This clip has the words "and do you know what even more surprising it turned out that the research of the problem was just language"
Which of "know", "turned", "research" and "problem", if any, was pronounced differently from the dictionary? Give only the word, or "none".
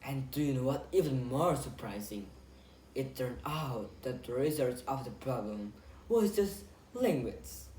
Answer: research